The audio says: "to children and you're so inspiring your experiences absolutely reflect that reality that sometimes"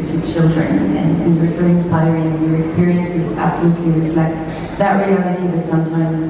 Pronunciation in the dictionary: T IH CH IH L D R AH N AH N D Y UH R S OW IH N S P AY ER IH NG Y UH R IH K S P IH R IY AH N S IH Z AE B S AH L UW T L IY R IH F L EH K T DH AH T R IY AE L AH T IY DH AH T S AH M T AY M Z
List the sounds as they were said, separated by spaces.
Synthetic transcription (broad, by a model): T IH CH IH L D R AH N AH N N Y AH R S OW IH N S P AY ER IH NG Y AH R IH K S P IH R IY AH N S IH Z AE B S AH L UW T L IY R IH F L EH K T DH AH T R IY AE L AH T IY DH AH T S AH M T AY M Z